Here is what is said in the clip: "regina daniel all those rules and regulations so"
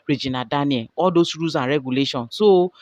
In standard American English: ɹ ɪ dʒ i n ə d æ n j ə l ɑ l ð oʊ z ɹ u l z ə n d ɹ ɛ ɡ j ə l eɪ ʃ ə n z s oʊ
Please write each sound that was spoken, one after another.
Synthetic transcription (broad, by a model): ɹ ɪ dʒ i n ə d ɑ n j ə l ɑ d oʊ s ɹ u z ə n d ɹ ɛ ɡ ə l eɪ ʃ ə n s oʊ